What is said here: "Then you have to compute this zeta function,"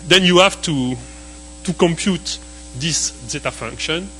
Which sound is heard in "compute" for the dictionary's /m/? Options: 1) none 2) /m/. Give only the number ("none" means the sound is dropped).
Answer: 2